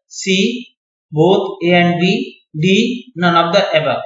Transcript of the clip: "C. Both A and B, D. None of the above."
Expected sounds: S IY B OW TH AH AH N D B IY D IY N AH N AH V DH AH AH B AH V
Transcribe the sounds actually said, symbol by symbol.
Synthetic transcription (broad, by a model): S IY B OW T AH AH N D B IY D IY N AH N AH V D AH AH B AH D